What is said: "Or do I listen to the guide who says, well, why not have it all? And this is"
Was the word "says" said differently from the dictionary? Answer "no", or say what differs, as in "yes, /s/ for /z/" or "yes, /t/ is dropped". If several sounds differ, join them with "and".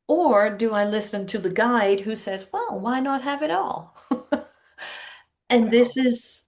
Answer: no